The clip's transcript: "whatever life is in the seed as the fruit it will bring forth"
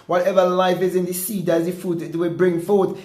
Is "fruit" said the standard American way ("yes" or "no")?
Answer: no